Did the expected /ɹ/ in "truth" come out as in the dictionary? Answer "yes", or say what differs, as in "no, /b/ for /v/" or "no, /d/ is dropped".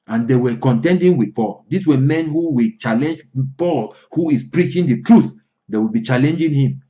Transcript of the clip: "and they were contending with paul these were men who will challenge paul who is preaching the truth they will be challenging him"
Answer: yes